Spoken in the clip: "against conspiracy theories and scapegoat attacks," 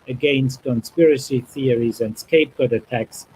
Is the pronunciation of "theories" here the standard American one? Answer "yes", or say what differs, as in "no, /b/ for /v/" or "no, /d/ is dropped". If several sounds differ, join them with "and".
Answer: yes